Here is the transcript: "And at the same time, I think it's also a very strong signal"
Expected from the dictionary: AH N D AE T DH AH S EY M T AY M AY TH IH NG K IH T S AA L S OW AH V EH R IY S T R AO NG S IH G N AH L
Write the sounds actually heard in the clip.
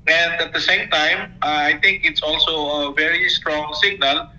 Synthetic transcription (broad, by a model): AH N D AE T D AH S EY M T AY M AY T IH NG K IH T S AA L S OW AH V EH R IY S T R AO NG S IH G N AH L